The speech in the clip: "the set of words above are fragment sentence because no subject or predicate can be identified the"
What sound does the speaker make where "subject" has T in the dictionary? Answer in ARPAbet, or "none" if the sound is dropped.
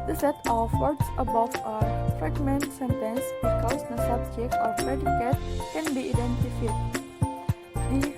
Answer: none